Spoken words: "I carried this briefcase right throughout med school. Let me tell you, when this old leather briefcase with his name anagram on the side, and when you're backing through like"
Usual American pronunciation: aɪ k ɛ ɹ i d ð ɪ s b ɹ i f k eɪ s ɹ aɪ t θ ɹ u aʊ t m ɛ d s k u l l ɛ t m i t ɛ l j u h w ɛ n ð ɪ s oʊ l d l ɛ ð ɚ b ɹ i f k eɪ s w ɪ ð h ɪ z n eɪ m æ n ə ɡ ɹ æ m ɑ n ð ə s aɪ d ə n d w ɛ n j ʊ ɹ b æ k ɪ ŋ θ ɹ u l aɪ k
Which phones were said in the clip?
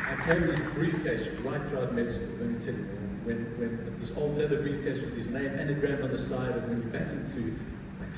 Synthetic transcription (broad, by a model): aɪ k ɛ i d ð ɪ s b ɹ i f k eɪ s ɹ aɪ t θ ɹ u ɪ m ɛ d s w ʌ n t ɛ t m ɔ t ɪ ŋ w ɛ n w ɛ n ð ɪ s oʊ l d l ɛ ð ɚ b ɹ i f k eɪ s w ɪ ð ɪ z n eɪ m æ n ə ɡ ɹ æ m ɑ n ð ə s aɪ d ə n w ɛ n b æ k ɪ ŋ θ ɹ u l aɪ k